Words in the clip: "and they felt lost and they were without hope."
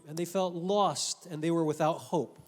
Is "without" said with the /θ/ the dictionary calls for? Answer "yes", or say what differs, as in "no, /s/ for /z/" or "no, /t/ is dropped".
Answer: yes